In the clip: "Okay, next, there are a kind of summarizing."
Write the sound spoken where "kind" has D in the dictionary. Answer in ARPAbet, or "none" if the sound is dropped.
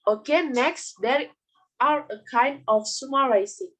D